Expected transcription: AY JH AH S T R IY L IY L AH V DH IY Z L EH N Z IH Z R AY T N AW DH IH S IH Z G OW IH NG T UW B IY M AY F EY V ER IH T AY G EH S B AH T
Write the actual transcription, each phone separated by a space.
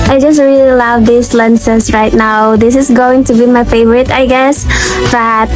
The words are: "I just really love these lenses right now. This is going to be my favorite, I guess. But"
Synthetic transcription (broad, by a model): AY JH AH S T R IY L IY L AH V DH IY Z L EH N S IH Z R AY T N AW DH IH S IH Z G OW IH NG T UW B IY M AY F EY V ER IH T AY G EH S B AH T